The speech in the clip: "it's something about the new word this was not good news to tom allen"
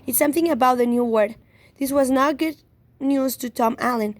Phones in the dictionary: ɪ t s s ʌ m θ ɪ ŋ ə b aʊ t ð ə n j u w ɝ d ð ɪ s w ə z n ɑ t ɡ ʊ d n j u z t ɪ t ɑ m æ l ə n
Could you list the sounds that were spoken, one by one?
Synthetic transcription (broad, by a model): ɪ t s s ʌ m θ ɪ ŋ ə b aʊ t ð ə n j u w ɝ d ð ɪ s w ə z n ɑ ɡ ʊ d n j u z t ɪ t ɑ m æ l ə n